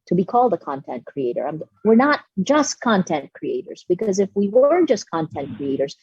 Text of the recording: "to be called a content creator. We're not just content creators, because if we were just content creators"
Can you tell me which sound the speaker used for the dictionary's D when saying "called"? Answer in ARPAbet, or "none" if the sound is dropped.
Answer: D